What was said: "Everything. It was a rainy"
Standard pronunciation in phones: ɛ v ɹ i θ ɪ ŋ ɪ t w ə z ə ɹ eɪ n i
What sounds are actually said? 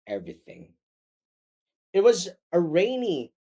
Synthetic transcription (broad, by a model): ɛ v ɹ i θ ɪ ŋ ɪ t w ə z ə ɹ eɪ n i